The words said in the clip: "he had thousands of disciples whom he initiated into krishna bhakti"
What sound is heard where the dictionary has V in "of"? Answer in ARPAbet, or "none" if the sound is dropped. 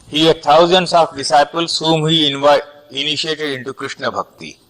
F